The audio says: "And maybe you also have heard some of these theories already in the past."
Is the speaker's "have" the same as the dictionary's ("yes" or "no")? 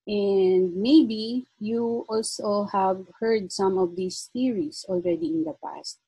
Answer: yes